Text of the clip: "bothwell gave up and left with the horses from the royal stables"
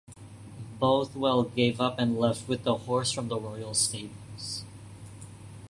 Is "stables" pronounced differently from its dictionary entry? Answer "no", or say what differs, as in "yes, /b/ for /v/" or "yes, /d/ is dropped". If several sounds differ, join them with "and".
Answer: yes, /b/ is dropped